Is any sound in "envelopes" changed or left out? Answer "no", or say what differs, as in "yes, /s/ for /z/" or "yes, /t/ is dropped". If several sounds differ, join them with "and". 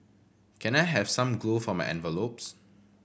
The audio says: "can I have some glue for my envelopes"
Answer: no